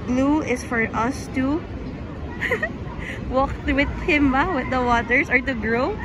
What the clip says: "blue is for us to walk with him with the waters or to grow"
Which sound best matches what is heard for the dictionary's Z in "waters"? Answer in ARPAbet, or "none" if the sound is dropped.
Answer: S